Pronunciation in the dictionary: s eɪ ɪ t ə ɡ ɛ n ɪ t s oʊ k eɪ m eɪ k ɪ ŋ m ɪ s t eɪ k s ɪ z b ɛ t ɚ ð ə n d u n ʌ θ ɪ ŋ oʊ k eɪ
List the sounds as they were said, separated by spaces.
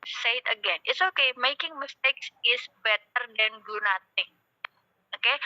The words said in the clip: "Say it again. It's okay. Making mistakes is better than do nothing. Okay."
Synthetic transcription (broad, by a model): s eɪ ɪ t ə ɡ ɛ n ɪ t s oʊ k eɪ m eɪ k ɪ ŋ m ɪ s t eɪ k s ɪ s b ɛ t ɚ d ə n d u n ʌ t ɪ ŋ oʊ k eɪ